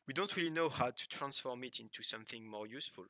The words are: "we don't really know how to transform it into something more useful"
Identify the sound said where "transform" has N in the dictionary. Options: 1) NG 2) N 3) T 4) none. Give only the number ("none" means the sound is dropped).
2